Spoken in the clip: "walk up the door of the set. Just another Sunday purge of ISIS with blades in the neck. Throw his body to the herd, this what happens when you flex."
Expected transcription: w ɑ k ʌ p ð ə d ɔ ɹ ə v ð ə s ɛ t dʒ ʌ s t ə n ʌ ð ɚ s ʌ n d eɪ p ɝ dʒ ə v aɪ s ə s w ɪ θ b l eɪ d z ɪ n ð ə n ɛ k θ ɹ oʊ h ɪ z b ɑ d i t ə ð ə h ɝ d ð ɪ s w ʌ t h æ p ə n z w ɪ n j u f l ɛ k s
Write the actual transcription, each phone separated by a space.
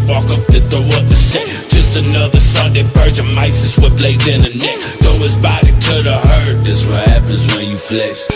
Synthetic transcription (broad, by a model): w ɑ k ʌ p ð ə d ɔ w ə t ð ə s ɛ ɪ dʒ ʌ s t ə n ʌ ð ɚ s ʌ n d eɪ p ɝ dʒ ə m aɪ s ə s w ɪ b l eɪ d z ɪ n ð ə n ɛ k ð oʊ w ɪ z b ɑ d i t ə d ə h ɝ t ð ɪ s w ʌ t h æ p ə n z w ɪ n j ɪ f l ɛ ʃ